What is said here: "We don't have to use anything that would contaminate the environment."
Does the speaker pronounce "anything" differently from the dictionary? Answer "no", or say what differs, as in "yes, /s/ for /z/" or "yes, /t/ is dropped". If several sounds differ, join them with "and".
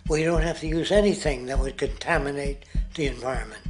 no